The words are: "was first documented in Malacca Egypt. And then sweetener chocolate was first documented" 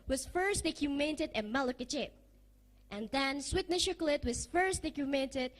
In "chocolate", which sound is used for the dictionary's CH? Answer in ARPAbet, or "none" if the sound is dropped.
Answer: SH